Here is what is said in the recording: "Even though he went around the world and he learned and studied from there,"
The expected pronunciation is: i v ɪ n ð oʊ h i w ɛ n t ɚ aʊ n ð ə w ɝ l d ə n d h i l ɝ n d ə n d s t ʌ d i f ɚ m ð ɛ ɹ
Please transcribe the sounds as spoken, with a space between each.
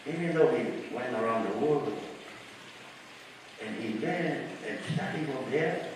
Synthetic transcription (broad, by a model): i v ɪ n ð oʊ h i w ɛ n t ɚ aʊ n ð ə w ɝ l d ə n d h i w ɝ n ə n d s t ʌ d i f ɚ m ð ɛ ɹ